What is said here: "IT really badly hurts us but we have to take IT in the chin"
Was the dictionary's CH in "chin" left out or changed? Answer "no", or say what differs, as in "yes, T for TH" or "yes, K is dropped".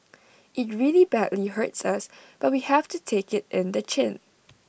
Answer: no